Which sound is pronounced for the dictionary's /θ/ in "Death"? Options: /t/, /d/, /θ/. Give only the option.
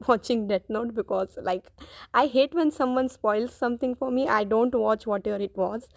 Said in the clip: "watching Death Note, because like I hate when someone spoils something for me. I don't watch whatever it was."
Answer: /t/